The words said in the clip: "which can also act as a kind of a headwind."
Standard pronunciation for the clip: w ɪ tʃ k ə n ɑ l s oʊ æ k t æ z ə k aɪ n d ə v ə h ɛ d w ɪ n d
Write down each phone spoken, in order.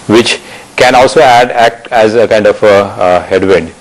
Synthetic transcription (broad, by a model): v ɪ tʃ k ə n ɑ l s oʊ æ k t æ z ə k aɪ n d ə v ə h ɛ d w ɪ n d